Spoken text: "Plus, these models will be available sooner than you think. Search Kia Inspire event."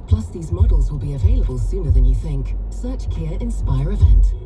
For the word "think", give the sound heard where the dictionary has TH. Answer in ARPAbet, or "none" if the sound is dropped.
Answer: TH